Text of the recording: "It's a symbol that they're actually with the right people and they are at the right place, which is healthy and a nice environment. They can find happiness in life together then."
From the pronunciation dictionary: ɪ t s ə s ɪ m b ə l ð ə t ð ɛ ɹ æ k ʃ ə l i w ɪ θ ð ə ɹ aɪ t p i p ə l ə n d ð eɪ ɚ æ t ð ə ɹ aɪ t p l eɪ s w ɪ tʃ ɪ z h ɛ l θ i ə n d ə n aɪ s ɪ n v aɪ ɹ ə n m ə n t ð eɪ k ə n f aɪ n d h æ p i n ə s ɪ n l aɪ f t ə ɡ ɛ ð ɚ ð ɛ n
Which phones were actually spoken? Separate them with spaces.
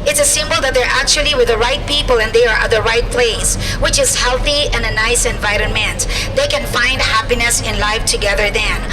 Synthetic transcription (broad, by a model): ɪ t s ə s ɪ m b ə l ð ə t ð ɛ ɹ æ k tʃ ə l i w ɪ ð ə ɹ aɪ t p i p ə l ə n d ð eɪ ɚ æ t ð ə ɹ aɪ t p l eɪ s w ɪ tʃ ɪ z h ɛ l θ i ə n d ə n aɪ s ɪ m v aɪ ɹ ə n m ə n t ð eɪ k ə n f aɪ n d h æ p i n ə s ɪ n l aɪ f t ə ɡ ɛ ð ɚ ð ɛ n